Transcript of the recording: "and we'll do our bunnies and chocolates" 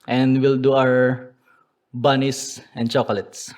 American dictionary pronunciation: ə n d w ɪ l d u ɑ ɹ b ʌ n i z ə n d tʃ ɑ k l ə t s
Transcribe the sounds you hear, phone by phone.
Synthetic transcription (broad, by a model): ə n d w ɪ l d u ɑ w b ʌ n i s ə n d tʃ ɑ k l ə t s